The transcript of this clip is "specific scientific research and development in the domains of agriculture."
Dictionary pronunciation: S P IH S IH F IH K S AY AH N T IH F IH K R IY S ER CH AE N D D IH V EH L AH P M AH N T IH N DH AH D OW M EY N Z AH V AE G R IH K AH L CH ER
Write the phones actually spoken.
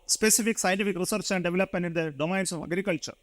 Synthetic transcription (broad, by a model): S P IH S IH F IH K S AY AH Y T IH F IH K R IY S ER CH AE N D D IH V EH L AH P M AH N IH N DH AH D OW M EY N S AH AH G R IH K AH L CH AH